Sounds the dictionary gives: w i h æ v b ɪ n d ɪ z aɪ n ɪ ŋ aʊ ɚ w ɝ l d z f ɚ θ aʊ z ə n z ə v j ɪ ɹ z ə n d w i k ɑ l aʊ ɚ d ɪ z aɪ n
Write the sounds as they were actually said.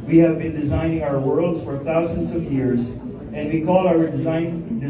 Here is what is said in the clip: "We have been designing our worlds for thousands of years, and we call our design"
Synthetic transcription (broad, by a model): w i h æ v b ɪ n d ɪ z aɪ n ɪ ŋ aʊ ɚ w ɝ l d z f ɚ θ aʊ z ə n z ə v j ɪ ɹ z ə n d w i k ɑ l aʊ ɚ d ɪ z aɪ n